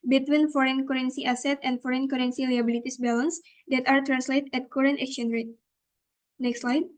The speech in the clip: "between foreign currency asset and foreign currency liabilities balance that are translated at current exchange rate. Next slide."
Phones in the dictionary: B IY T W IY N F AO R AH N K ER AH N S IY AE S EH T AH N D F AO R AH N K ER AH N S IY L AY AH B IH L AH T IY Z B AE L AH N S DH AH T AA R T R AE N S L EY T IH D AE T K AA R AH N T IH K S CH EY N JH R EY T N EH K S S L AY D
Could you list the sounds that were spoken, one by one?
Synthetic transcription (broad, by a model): B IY T W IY N F AO R AH N K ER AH N S IY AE S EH T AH N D F AO R AH N K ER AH N S IY L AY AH B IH L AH T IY S B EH L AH N S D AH T AA R T R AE N S L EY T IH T K AA R AH N T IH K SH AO N R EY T N EH K S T L AY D